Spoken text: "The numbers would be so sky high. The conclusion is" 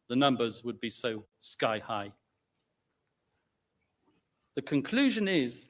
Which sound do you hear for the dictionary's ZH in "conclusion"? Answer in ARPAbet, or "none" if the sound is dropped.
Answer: ZH